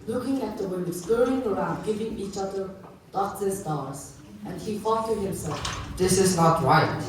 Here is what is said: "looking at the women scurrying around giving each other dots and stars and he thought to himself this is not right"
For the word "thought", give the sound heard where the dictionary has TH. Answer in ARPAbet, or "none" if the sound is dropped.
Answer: F